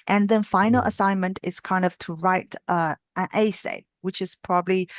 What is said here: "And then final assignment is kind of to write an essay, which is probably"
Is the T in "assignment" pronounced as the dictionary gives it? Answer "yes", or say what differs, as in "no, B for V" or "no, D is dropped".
yes